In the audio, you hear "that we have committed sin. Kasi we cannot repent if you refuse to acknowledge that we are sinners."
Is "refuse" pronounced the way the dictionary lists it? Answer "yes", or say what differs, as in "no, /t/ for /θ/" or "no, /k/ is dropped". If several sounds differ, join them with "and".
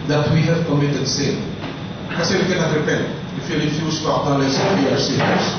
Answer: no, /l/ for /ɹ/